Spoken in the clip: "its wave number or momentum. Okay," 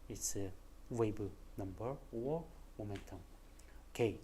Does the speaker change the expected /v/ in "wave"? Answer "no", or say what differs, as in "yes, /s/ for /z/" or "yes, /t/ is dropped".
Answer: yes, /b/ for /v/